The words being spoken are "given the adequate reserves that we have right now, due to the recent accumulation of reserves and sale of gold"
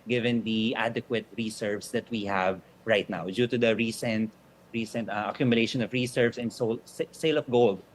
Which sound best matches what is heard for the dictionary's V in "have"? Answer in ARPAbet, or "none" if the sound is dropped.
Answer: V